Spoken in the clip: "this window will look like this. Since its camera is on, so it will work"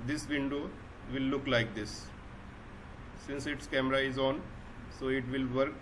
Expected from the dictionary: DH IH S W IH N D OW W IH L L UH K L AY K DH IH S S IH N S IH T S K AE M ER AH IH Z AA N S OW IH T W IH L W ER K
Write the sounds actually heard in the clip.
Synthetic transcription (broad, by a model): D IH S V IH N D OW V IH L L UH K L AY K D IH S S IH N S IH T S K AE M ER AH IH Z AA N S OW IH T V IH L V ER K